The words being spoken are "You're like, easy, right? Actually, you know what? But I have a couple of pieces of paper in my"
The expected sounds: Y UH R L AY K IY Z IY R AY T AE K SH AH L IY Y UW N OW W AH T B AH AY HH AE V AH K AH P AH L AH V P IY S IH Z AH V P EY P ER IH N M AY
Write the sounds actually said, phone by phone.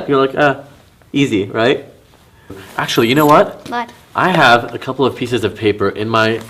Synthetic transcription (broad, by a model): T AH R L AY K IY Z IY R AY T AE K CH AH L IY Y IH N OW W AH T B AY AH V AH K AH P L AH V P IY S IH Z AH V P EY P ER IH N M AY